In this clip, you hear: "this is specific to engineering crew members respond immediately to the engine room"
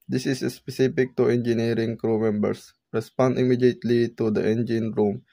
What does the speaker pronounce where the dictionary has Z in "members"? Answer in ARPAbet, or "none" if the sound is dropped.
S